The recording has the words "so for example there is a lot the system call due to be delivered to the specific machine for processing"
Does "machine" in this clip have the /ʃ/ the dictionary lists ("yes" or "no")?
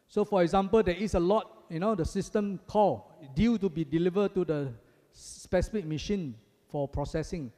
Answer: yes